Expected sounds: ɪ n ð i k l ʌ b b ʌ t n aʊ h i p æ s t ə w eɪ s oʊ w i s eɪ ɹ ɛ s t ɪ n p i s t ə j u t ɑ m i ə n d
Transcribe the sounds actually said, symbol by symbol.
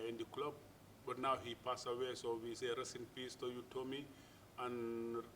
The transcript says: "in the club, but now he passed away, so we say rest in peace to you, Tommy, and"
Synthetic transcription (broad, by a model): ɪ n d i k l ʌ b b ʌ t n aʊ h i p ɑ s ə w eɪ s oʊ w i s eɪ ɹ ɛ s ɪ n p i s t ə j u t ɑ m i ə n